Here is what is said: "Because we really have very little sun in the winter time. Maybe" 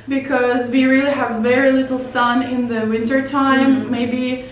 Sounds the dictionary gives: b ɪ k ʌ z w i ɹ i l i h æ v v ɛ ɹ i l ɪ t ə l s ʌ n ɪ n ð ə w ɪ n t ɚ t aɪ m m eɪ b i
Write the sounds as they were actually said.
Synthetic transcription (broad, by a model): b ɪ k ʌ z w i ɹ i l i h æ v v ɛ ɹ i l ɪ t l s ʌ n ɪ n ð ə w ɪ n t ɚ t aɪ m m eɪ b i